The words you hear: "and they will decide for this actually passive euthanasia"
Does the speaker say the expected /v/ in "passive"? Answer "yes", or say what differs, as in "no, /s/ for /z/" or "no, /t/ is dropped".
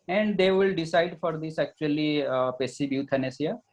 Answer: no, /b/ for /v/